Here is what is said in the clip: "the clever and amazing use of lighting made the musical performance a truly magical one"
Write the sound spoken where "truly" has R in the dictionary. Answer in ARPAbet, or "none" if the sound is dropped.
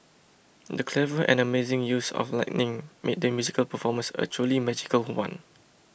none